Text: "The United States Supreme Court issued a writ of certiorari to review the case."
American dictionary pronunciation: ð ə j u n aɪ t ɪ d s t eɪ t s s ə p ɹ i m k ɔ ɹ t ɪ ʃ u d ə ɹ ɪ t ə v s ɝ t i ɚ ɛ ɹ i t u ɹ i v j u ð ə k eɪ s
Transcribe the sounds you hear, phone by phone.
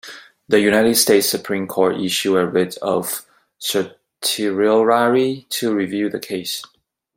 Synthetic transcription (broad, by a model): ð ə j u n aɪ t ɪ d s t eɪ t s s ə p ɹ i m k ɔ ɹ t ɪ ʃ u ə ɹ ɪ t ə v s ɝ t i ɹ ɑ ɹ i t u ɹ i v j u ð ə k eɪ s